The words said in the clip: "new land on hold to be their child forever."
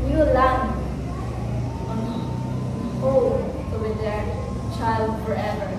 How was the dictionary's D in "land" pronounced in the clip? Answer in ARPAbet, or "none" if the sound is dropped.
none